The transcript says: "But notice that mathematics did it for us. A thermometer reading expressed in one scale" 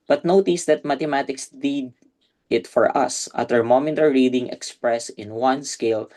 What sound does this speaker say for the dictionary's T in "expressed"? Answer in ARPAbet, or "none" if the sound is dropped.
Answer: none